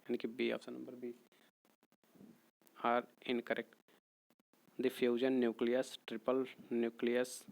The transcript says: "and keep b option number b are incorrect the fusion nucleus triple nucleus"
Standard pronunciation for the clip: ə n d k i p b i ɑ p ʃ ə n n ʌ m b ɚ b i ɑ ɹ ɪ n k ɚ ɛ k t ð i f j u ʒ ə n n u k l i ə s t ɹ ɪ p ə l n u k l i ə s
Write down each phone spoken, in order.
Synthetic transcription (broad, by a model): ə n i k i b i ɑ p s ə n n ʌ m b ɚ b i ɑ ɹ ɪ n k ɚ ɛ k t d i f j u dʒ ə n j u k l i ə s t ɹ ɪ p ə l n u k l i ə s